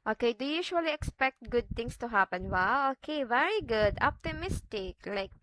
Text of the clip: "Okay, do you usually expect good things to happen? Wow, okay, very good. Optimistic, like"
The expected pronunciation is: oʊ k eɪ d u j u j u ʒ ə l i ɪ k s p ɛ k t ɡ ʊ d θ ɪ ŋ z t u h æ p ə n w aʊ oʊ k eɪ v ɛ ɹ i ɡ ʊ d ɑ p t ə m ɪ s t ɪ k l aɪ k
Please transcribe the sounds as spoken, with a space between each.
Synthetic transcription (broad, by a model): oʊ k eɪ d u j u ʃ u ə l i ɪ k s p ɛ k t ɡ ʊ d t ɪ ŋ s t u h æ p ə n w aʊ oʊ k eɪ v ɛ ɹ i ɡ ʊ d ɑ p t ə m ɪ s t ɪ k l aɪ k